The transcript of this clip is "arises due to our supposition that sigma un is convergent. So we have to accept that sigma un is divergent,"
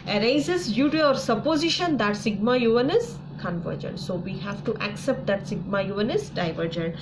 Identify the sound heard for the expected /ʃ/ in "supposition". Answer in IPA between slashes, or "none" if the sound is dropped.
/ʃ/